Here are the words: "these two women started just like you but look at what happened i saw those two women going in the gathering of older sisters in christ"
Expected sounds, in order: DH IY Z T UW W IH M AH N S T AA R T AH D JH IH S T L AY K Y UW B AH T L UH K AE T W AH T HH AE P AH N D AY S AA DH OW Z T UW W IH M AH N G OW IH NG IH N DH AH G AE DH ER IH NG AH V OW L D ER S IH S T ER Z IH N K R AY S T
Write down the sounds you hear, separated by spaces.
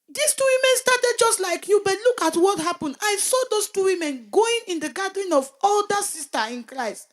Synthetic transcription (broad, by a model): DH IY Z T UW W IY M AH N S T AA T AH D JH IH S T L AY K Y UW B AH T L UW K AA T W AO T HH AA P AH N D AY S AA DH OW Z T UW W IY M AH N G OW IH NG IH N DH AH G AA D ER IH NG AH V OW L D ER S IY S T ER IH N K R AY S T